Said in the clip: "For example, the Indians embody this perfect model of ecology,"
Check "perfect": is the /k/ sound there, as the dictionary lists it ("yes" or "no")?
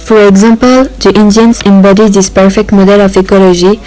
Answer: yes